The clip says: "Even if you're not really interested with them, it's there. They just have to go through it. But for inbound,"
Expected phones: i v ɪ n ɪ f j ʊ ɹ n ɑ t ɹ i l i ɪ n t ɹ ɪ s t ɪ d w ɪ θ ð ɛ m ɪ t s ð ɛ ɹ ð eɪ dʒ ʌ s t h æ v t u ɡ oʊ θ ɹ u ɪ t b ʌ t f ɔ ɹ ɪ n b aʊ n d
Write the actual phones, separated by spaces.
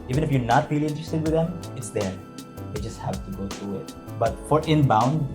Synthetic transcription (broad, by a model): i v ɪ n ɪ f j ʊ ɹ n ɑ t ɹ i l i ɪ n t ɹ ɪ s t ɪ d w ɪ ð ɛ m ɪ t s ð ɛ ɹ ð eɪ dʒ ʌ s t h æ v t u ɡ oʊ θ ɹ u ɪ t b ʌ t f ɔ ɹ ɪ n b aʊ n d